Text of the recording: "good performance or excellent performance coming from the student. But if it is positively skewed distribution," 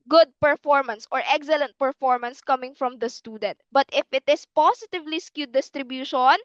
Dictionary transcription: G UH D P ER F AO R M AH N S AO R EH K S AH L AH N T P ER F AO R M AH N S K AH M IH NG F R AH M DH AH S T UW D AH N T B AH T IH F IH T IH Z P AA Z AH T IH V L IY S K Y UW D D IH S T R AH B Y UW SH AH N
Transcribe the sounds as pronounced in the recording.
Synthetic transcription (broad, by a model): G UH D P ER F AO R M AH N S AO R EH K S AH L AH N T P ER F AO R M AH N S K AH M IH NG F R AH M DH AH S T UW D AH N T B AH T IH F IH T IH S P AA S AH T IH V L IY S K Y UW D D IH S T R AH B Y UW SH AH N